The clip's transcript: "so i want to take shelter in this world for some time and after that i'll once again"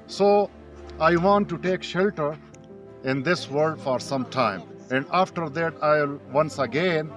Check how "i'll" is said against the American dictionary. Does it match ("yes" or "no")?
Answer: yes